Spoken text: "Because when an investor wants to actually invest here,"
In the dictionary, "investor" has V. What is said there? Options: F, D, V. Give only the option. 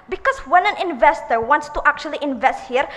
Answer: V